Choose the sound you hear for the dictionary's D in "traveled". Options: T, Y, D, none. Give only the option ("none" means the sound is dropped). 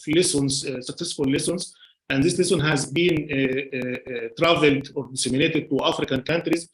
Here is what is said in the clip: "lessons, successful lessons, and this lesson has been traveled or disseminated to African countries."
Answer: D